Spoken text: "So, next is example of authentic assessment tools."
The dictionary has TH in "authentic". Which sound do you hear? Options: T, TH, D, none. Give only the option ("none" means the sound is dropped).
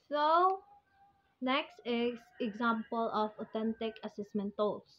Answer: T